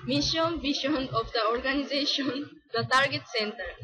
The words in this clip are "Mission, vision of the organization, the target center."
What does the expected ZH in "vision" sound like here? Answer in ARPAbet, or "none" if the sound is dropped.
SH